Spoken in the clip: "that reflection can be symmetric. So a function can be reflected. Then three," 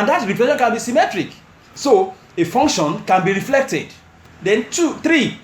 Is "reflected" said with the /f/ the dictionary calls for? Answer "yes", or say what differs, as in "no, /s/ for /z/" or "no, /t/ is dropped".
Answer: yes